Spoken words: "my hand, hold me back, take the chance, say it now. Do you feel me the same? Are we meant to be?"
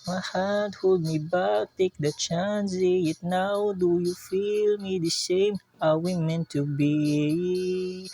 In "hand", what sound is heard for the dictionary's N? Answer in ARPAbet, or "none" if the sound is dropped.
none